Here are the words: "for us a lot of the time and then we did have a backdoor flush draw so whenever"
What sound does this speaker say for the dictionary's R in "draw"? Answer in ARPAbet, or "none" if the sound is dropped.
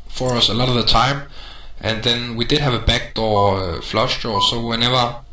none